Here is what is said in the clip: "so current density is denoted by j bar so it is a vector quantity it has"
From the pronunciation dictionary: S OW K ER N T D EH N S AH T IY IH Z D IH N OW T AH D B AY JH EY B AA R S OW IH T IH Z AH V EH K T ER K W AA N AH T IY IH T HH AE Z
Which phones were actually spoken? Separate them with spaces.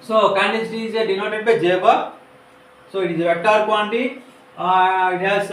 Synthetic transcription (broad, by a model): S OW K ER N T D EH S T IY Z D IH N OW T AH D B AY JH EY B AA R S OW IH T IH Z AH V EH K T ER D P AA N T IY IH T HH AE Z